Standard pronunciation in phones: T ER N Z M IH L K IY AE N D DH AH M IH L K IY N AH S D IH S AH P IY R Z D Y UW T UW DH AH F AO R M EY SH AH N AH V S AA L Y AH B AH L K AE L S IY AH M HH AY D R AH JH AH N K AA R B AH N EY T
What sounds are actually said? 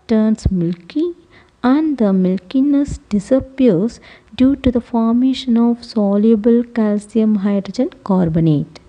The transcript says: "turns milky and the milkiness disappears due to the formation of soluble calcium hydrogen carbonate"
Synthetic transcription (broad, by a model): T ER N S M IH L K IY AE N D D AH M IH L K IY N AH S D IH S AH P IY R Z D Y UW T UW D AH F AO R M EY SH AH N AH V S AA L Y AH B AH L K AE L S IY AH M HH AY D R AH JH AH N K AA R B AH N EY T